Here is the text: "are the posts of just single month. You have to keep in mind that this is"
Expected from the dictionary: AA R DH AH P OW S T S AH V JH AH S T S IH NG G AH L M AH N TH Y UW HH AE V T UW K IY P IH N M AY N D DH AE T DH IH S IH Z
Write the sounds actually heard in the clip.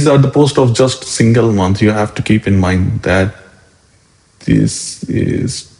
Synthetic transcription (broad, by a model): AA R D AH P OW S T AH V JH AH S T S IH NG G AH L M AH N S Y UW HH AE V T UW K IY P IH N M AY N D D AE T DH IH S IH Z